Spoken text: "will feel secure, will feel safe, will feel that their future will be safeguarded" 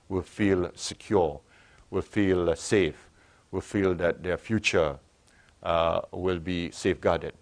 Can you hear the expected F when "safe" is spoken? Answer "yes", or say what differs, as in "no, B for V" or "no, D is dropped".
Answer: yes